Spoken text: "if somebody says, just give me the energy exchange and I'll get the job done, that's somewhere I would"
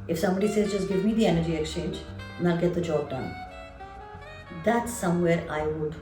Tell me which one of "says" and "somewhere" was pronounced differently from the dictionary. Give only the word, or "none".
none